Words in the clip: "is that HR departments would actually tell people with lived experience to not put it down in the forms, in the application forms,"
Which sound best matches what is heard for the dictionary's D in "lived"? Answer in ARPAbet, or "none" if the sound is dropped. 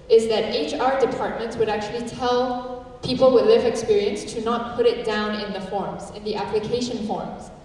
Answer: none